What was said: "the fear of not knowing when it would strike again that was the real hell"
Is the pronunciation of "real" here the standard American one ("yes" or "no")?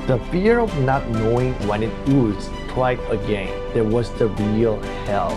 yes